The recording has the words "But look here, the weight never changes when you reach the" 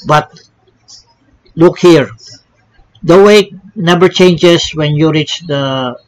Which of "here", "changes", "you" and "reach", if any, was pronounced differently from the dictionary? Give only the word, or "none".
changes